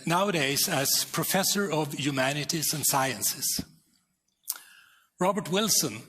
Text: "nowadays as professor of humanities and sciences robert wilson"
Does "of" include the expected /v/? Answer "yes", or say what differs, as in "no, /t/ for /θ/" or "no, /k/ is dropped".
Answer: yes